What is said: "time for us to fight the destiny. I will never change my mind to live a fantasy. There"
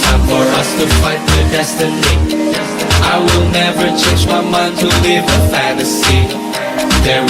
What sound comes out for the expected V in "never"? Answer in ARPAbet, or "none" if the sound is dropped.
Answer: V